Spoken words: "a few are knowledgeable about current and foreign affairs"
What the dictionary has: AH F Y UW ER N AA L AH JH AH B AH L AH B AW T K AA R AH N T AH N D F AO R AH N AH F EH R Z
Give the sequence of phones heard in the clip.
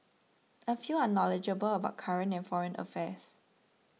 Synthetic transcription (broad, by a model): AH F Y UW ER N AA L AH JH AH B AH L AH B AW T K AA R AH N AH N F AO R AH N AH F EH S